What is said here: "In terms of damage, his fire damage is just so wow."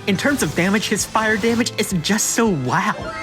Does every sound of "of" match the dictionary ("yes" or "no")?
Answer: yes